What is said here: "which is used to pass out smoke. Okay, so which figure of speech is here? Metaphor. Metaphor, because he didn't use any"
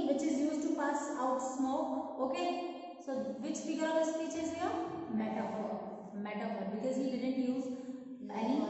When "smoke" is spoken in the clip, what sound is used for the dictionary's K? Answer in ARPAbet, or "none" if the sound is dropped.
none